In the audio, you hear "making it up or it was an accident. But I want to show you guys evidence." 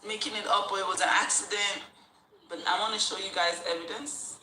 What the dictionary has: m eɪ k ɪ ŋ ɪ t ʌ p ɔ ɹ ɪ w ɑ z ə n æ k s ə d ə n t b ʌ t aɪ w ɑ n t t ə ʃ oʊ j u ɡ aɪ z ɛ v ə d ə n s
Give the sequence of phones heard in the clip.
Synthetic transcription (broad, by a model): m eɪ k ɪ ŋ ɪ t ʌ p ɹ ɪ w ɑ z ə n æ k s ə d ə n t b ʌ t aɪ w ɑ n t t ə ʃ oʊ j u ɡ aɪ z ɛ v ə d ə n s